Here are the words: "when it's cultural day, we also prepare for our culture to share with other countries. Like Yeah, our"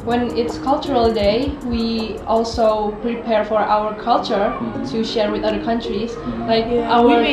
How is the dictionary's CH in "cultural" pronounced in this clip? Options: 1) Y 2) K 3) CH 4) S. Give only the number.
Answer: 3